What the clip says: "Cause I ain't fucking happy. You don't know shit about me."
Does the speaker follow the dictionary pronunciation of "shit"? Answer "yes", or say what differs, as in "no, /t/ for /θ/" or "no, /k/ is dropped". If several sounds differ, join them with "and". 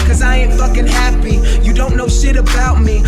yes